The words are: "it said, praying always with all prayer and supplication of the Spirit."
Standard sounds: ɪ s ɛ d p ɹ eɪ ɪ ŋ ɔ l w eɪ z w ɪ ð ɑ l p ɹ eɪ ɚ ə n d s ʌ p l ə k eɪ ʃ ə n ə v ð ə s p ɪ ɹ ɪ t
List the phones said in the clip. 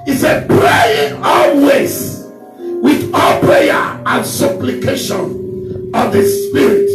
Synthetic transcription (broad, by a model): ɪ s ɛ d p ɹ eɪ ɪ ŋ ɔ l w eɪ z w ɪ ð ɑ l p ɹ eɪ ɚ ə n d s ʌ p l ə k eɪ ʃ ə n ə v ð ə s p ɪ ɹ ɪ t